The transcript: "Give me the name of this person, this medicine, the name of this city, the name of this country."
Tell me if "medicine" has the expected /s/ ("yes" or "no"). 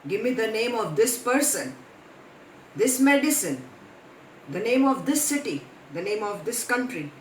yes